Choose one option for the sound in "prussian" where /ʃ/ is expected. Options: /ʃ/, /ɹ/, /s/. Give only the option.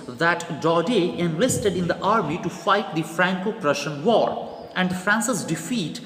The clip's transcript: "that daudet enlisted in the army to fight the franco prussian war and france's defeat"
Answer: /ʃ/